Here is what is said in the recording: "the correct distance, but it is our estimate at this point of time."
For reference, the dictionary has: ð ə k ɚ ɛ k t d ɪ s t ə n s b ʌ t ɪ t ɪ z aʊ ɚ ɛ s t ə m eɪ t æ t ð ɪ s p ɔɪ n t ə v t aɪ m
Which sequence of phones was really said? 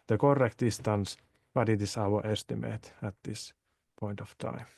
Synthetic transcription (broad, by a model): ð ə k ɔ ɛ k t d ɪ s t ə n s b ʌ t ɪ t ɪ s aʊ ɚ ɛ s t ə m eɪ t æ t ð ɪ s p ɔɪ n t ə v t aɪ m